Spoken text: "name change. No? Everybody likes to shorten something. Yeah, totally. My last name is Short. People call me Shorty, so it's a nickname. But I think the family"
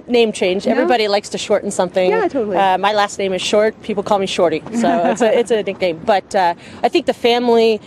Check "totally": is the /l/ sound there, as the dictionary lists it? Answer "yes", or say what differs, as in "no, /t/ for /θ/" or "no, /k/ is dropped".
no, /l/ is dropped